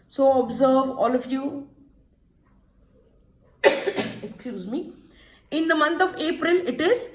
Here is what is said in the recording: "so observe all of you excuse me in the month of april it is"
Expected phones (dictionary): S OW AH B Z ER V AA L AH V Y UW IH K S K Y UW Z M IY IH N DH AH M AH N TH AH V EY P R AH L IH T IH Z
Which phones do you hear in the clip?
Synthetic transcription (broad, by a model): S OW AH B Z ER V AA L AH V Y UW IH K S K Y UW Z M IY IH N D AH M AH N T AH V EY P R AH L IH T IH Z